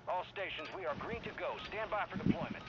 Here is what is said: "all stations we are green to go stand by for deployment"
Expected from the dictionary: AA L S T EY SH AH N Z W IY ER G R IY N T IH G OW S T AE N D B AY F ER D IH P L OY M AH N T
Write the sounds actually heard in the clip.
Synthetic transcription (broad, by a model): AA L S T EY SH AH N Z W IY ER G R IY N T IH G OW S T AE N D B AY F ER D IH P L OY M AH N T